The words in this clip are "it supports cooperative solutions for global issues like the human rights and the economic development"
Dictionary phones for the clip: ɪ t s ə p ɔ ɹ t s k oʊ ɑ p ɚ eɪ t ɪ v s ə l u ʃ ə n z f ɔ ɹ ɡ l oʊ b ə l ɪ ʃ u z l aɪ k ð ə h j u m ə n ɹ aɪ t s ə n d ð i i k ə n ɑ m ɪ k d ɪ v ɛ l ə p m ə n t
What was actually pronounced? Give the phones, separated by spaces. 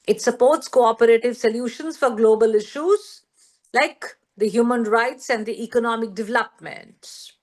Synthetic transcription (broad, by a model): ɪ t s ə p ɔ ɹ t s k oʊ ɑ p ɚ eɪ t ɪ v s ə l u ʃ ə n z f ɔ ɹ ɡ l oʊ b ə l ɪ ʃ u z l aɪ k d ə h j u m ə n ɹ aɪ t s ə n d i i k ə n ɑ m ɪ k d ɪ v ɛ l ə p m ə n t